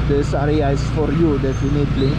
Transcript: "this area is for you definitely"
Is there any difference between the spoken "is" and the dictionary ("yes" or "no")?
yes